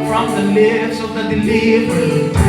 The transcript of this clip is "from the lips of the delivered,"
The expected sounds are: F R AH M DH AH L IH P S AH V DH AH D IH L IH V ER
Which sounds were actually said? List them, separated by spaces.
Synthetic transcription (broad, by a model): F R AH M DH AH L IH S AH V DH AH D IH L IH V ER